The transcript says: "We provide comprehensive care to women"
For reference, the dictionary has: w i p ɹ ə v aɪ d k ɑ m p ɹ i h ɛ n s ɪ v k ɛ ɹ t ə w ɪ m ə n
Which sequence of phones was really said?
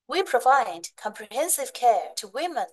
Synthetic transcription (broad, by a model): w i p ɹ ə v aɪ d k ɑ m p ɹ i h ɛ n s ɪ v k ɛ ɹ t ə w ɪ m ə n